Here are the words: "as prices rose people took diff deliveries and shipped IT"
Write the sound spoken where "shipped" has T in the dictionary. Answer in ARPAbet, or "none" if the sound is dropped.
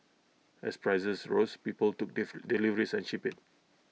none